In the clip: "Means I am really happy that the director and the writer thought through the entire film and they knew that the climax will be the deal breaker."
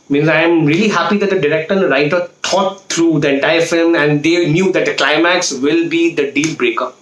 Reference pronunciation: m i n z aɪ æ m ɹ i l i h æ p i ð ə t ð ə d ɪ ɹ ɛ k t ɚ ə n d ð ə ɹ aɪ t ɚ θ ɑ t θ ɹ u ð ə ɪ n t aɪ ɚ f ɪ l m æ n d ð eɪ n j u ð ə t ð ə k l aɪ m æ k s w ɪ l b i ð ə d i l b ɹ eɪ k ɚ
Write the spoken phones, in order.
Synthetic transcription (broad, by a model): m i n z aɪ m ɹ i l i h æ p i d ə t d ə d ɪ ɹ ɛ k t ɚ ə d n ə ɹ aɪ t ɚ t ɑ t t ɹ u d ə ɪ n t aɪ ɚ f ɪ l m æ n d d eɪ n j u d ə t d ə k l aɪ m æ k s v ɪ l b i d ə d i l b ɹ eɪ k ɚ